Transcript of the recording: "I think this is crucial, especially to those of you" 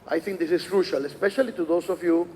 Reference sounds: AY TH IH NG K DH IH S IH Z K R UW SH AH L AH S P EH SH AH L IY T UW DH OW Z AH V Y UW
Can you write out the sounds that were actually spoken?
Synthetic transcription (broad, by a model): AY TH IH NG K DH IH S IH S K R UW SH AH L AH S P EH SH AH L IY T UW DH OW S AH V Y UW